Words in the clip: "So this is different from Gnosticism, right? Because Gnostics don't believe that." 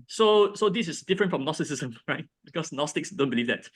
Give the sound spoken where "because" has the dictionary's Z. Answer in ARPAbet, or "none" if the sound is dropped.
S